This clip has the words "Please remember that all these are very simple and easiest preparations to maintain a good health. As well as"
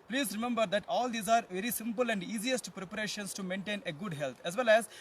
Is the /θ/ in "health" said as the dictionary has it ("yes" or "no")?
no